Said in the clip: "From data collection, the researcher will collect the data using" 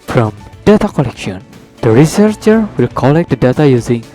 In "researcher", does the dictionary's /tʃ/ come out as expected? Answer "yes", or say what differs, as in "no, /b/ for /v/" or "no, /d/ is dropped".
yes